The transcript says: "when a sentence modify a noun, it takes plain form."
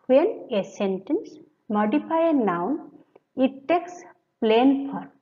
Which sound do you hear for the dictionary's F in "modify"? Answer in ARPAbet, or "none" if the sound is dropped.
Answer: P